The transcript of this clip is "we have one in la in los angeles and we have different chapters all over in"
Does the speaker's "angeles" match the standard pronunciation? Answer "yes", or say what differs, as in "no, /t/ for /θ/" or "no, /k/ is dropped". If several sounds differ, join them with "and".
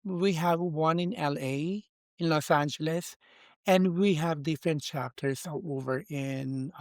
yes